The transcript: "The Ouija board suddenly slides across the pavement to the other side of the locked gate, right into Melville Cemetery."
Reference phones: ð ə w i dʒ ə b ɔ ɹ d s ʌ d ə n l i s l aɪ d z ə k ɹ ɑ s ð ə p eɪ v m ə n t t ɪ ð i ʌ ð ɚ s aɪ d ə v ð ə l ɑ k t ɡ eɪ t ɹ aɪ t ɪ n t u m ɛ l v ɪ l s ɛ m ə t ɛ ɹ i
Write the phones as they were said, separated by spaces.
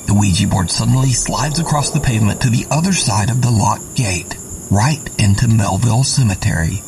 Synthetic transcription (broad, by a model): ð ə w i dʒ ə b ɔ ɹ d s ʌ d n l i s l aɪ d z ə k ɹ ɑ s ð ə p eɪ v m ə n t t ɪ ð i ʌ ð ɚ s aɪ d ə v ð ə l ɑ t ɡ eɪ t ɹ aɪ t ɪ n t u m ɛ l v ɪ l s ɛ m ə t ɛ ɹ i